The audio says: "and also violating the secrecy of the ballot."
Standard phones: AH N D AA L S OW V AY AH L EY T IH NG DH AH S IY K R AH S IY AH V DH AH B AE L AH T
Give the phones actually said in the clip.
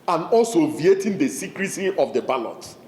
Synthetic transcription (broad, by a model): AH N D AA L S OW V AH EY T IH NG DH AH S IY K R AH S IY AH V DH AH B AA L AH T